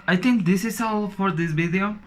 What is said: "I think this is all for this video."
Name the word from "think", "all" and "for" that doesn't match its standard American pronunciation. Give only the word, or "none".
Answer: think